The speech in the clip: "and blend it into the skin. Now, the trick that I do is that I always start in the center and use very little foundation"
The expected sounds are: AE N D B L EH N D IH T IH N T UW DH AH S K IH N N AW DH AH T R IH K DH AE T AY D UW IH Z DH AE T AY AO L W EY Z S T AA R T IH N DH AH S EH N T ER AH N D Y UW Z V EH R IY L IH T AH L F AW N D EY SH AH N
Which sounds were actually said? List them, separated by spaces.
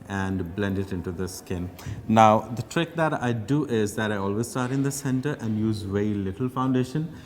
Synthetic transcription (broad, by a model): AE N D B L EH N D IH T IH N T UW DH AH S K IH N N AW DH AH T R IH K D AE T AY D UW IH Z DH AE T AY AO L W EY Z S T AA R T IH N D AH S EH N T ER AH N D Y UW Z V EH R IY L IH T AH L F AW N D EY SH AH N